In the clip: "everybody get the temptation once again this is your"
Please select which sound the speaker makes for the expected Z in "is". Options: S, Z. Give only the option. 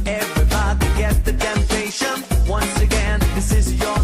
Z